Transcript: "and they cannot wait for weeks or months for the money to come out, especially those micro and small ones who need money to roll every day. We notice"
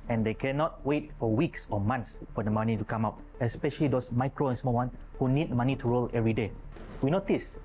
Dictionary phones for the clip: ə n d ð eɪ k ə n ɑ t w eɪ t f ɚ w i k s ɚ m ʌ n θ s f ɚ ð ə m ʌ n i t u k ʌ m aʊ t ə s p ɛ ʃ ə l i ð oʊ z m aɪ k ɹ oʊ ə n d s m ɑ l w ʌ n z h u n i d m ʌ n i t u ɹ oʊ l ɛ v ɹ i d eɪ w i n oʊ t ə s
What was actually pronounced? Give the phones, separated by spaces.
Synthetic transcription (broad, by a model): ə n d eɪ k ə n ɑ t w eɪ t f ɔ w i k s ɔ m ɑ n t s f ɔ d ə m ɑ n i t u k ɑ m aʊ t ə s p ɛ ʃ ə l i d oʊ s m aɪ k ɹ oʊ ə n s m ɑ l w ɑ n h u n i d m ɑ n i t u ɹ oʊ l ɛ v ɹ i d eɪ w i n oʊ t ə s